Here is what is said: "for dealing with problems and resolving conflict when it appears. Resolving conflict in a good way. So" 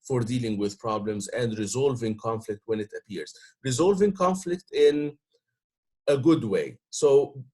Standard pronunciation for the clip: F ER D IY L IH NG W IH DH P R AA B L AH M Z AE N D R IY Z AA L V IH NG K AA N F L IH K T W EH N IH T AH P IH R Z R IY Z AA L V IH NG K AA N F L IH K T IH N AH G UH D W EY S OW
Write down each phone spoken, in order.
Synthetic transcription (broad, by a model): F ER D IY L IH NG W IH DH P R AA B L AH M Z AE N D R IY Z AA L V IH NG K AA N F L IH K T W EH N IH T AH P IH R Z R IY Z AA L V IH NG K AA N F L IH K T IH N AH G UH D W EY S OW